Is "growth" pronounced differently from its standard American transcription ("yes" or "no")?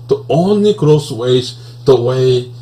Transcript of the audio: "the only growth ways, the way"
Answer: yes